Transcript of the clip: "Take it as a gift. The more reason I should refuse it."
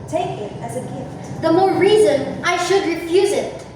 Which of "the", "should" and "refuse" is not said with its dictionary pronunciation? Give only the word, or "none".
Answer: none